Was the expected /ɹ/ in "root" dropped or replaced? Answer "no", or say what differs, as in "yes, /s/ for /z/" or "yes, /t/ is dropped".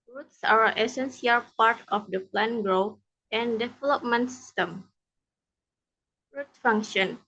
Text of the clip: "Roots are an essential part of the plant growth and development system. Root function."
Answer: no